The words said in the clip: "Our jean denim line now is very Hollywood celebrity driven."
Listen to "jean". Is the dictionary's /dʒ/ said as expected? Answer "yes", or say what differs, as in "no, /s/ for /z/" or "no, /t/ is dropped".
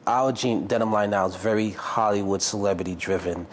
yes